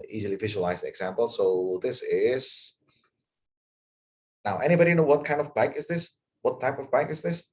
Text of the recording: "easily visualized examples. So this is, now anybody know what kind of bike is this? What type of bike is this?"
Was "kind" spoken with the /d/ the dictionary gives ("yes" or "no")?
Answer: yes